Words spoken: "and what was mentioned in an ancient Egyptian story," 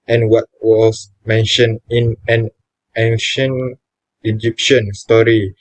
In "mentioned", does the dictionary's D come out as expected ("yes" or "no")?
no